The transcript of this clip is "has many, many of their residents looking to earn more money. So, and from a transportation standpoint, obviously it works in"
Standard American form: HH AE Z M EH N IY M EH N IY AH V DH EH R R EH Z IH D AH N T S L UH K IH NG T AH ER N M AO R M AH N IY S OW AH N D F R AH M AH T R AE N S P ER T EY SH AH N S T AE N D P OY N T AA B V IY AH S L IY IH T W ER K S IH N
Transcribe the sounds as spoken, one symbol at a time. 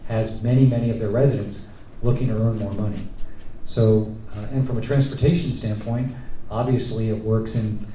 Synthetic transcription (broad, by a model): HH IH Z M EH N IY M EH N IY AH V DH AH R R EH Z IH D AH N T S L UH K IH NG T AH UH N M AO R M AH N IY S OW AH N F R AH M AH T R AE N S P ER T EY SH N S T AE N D P OY N T AA B V IY AH S L IY IH T W ER K S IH N